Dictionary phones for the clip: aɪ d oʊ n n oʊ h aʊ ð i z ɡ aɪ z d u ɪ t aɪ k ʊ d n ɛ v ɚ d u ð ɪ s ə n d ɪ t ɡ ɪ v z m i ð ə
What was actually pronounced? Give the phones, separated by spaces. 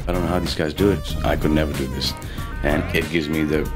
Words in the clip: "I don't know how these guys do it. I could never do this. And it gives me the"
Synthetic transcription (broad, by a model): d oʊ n n oʊ h aʊ ð i z ɡ aɪ z d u ɪ t aɪ k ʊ d n ɛ v ɚ d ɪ ð ɪ s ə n ɪ t ɡ ɪ v z m i ð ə